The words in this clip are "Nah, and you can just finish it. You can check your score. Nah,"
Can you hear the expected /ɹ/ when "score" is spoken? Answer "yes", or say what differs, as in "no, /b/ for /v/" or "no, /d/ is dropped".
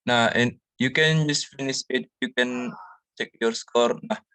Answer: yes